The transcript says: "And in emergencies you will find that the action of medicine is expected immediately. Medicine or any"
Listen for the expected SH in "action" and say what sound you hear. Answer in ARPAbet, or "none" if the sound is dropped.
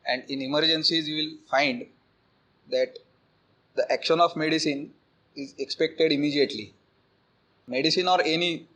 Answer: SH